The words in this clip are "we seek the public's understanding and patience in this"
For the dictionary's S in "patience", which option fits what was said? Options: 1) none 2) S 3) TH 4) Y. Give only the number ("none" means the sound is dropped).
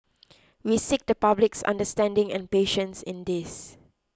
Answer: 2